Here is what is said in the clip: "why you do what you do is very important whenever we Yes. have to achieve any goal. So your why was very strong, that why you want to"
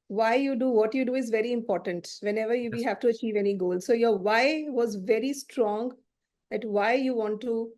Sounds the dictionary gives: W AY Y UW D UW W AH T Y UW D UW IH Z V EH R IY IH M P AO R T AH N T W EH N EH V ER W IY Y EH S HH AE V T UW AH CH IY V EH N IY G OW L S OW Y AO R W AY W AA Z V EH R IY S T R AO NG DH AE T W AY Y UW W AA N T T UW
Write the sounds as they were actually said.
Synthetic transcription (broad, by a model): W AY Y UW D UW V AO T Y UW D UW IH Z V EH R IY IH M P AO R T AH N T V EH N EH V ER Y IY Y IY HH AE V T UW AH CH IY V EH N IY G OW L S OW Y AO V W AY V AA Z V EH R IY S T R AO NG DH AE T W AY Y UW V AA N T T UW